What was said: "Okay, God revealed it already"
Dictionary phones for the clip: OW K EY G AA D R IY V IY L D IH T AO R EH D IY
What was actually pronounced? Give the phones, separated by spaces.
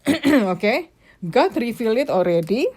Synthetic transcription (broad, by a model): OW K EY G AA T R IY F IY L IH T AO R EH D IY